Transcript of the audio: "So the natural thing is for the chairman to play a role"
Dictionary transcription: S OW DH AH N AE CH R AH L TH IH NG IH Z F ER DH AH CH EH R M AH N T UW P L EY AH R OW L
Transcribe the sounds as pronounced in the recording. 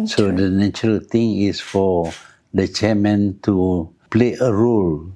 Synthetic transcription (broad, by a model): S OW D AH N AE CH R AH L T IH NG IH S F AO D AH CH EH M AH N T UW P L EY AH R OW L